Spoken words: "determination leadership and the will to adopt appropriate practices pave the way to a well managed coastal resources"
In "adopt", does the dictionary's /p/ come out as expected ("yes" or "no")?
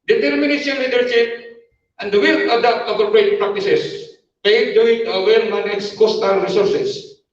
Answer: no